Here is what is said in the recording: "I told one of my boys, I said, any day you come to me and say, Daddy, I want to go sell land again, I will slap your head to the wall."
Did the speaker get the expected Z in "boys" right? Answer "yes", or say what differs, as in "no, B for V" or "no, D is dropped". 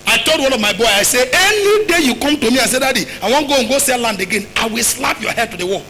no, Z is dropped